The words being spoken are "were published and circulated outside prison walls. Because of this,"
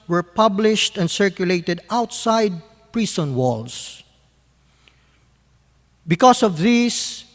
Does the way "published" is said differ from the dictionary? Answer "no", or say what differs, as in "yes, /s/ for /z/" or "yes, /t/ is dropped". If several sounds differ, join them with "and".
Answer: no